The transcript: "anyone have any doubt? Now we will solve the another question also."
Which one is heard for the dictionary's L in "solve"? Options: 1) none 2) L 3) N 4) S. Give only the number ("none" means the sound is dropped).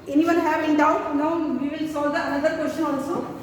1